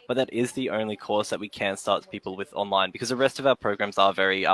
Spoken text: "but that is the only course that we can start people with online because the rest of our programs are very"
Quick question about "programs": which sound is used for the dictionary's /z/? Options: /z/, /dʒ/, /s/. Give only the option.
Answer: /z/